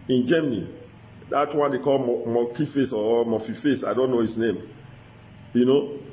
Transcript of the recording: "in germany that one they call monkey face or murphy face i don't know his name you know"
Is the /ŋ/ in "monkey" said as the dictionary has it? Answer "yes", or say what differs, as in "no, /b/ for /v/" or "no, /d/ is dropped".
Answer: no, /ŋ/ is dropped